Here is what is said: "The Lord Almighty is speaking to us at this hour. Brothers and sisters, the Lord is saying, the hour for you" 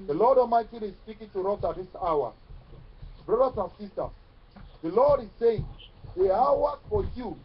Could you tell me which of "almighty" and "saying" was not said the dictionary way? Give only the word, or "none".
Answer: almighty